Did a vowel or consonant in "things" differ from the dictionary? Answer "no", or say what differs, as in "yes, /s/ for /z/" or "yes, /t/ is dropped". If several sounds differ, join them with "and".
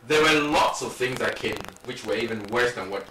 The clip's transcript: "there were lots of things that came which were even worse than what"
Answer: no